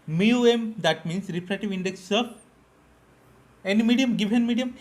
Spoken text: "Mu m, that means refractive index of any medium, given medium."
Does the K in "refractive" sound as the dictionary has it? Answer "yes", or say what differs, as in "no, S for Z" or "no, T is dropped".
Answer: no, K is dropped